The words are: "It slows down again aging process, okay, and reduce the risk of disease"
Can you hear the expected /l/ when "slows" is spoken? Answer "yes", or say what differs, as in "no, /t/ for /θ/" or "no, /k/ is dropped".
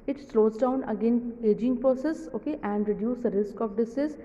yes